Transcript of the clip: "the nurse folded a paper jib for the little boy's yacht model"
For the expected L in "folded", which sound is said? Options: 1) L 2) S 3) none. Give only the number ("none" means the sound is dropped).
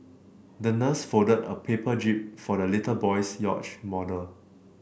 3